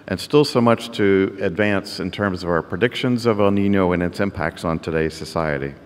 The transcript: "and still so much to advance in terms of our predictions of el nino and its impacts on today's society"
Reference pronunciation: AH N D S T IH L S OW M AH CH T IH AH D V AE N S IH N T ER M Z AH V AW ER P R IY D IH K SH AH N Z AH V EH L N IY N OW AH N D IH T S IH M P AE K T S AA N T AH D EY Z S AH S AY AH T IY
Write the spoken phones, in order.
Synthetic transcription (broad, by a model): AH N S T IH L S OW M AH CH T IH AH D V AE N S IH N T ER M Z AH V AW ER P R IY D IH K SH AH N Z AH V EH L N IY N OW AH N IH T S IH M P AE K T S N T AH D EY Z S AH S AY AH T IY